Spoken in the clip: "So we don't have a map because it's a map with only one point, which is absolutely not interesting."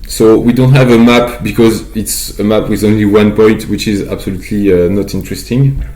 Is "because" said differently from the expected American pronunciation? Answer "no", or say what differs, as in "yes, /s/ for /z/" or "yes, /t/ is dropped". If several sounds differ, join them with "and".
no